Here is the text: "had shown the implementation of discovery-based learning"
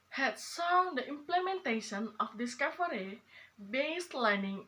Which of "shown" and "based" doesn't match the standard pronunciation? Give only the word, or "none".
shown